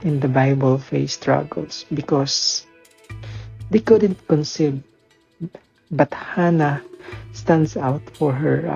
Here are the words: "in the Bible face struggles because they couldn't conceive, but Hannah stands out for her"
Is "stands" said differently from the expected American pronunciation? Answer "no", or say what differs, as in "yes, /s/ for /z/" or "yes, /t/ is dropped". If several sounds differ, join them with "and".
yes, /s/ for /z/